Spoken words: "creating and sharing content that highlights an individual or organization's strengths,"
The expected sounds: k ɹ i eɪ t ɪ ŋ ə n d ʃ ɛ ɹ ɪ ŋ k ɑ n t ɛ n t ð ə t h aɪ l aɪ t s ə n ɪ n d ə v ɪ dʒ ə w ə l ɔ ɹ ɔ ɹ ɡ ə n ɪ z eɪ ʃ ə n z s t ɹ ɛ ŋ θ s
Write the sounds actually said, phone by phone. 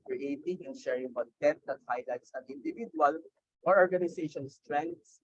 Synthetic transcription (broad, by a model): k ɹ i eɪ t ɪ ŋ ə n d ʃ ɛ ɹ ɪ ŋ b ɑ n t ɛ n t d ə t h aɪ l aɪ t s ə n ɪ n d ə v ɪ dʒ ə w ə l ɔ ɹ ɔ ɹ ɡ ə n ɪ s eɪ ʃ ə n s t ɹ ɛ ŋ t s